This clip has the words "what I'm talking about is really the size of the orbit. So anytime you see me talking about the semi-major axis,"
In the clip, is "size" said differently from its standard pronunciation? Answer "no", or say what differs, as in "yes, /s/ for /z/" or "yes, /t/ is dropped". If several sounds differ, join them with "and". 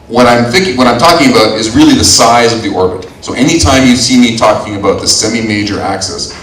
no